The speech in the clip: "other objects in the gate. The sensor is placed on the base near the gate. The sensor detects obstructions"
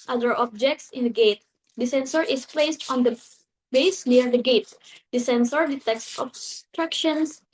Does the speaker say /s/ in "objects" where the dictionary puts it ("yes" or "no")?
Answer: yes